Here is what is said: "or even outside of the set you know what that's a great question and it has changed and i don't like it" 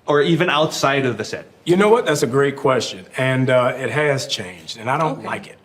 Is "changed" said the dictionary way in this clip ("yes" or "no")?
yes